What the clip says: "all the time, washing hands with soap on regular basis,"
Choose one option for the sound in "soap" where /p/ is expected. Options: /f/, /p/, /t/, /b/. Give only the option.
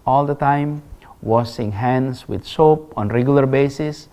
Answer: /p/